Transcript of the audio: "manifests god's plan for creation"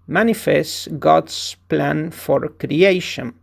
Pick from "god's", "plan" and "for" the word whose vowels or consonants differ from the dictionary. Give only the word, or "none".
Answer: god's